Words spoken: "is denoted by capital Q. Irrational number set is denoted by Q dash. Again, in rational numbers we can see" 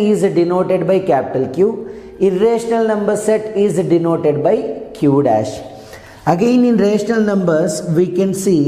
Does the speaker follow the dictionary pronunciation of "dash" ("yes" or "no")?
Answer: yes